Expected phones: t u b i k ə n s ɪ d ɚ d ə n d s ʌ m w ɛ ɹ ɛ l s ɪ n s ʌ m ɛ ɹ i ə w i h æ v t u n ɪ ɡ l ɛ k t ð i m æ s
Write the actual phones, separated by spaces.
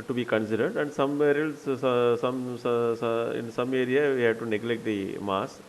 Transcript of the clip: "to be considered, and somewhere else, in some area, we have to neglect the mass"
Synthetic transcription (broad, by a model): t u b i k ə n s ɪ d ɚ d ə n d s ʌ m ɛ ɹ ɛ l s ɪ n s ʌ m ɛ ɹ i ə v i h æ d t u n ɪ ɡ l ɛ k t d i m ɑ s